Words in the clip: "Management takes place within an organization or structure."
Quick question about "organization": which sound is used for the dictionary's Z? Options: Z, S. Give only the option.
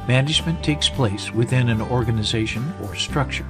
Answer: Z